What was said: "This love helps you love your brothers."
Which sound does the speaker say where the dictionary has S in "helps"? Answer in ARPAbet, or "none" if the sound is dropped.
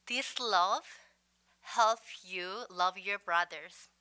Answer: none